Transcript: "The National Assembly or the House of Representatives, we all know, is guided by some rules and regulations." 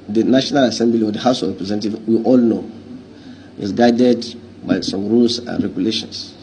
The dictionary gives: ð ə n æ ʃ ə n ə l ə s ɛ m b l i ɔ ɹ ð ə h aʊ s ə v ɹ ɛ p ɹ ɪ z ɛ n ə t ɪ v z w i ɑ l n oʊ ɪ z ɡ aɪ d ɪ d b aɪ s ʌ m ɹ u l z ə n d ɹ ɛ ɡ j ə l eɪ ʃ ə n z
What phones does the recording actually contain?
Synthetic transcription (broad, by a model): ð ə n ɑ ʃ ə n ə l ə s ɛ m b l i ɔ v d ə h aʊ s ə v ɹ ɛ p ɹ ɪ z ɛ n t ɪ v w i ɑ l n oʊ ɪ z ɡ aɪ d ɪ d b aɪ s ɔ m ɹ u l s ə n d ɹ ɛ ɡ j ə l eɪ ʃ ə n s